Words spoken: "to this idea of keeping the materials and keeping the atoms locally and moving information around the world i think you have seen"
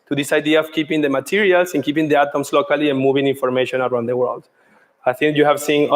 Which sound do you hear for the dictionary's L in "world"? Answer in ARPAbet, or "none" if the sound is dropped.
L